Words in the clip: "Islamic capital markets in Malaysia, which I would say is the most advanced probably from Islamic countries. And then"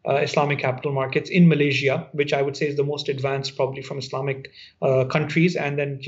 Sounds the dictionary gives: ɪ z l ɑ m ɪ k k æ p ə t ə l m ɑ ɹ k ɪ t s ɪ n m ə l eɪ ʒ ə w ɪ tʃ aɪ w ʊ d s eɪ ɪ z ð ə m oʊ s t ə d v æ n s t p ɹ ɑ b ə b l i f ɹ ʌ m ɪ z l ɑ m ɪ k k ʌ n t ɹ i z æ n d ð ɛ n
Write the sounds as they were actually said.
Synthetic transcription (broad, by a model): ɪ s l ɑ m ɪ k k æ p ə t ə l m ɑ ɹ k ɪ t s ɪ n m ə l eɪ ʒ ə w ɪ tʃ aɪ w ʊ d s eɪ ɪ z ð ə m oʊ s t ə d v æ n s t p ɹ ɑ b ə b l i f ɹ ʌ m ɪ s l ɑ m ɪ k k ʌ n t ɹ i z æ n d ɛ n